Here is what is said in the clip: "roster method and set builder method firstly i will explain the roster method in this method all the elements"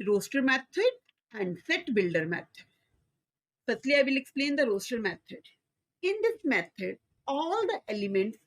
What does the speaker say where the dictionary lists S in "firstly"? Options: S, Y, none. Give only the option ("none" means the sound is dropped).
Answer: none